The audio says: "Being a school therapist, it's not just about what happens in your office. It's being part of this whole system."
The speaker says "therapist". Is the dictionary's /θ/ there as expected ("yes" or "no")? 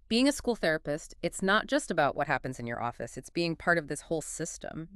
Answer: yes